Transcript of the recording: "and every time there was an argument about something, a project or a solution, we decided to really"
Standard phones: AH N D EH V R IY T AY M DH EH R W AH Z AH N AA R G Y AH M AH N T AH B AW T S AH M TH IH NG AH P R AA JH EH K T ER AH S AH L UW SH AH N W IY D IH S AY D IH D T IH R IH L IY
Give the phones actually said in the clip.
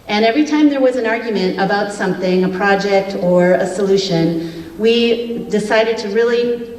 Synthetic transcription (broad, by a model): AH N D EH V R IY T AY M DH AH R W AH Z AH N AA R G Y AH M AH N T AH B AW T S AH M TH IH NG AH P R AA JH EH K T ER AH S AH L UW SH AH N W IY D IH S AY D IH D T IH R IH L IY